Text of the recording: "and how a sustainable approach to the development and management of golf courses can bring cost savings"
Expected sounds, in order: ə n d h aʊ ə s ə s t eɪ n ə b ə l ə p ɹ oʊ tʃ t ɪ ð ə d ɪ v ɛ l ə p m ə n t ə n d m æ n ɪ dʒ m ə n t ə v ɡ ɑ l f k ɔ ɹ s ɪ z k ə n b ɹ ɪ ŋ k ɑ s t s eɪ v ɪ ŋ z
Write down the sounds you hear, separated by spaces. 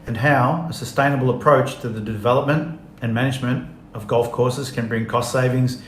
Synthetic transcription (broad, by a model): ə n h aʊ ə s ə s t eɪ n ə b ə l ə p ɹ oʊ tʃ t ɪ ð ə d ɪ v ɛ l ə p m ə n t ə n m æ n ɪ dʒ m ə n t ə v ɡ ɑ l f k ɔ ɹ s ɪ z k ə n b ɹ ɪ ŋ k ɑ s t s eɪ v ɪ ŋ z